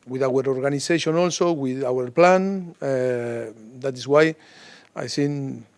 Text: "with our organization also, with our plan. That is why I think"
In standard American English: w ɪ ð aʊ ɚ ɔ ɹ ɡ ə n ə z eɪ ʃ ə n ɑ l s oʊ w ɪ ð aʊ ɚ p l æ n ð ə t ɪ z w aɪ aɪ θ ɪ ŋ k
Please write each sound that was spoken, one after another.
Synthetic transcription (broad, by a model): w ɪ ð aʊ ɚ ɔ ɹ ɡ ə n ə s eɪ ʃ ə n ɑ l s oʊ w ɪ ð aʊ ɚ p l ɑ n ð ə t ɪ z w aɪ aɪ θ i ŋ